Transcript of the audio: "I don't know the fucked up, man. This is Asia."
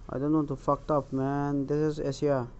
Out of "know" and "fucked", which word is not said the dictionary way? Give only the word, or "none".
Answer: none